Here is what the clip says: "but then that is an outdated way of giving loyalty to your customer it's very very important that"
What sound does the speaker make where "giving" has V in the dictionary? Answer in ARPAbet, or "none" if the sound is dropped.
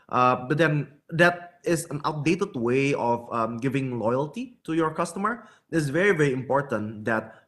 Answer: V